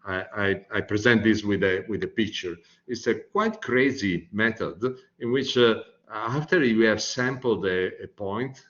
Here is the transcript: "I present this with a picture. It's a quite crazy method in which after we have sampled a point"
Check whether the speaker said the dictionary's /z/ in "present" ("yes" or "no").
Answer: yes